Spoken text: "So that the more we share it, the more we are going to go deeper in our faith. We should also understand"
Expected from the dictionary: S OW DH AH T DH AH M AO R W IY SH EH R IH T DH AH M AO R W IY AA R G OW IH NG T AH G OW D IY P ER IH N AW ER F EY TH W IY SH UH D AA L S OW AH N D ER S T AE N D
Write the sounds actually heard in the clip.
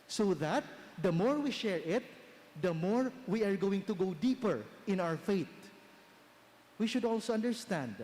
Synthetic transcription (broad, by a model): S OW DH AH T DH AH M AO R W IY SH EH R IH T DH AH M AO R W IY AA R G OW IH NG T AH G OW D IY P ER IH N AW ER F EY T W IY SH UH D AA L S OW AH N D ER S T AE N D